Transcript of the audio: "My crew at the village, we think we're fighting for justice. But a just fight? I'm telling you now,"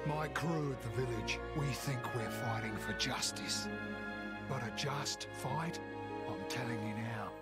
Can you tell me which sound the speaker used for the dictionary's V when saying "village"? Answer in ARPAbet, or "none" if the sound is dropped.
V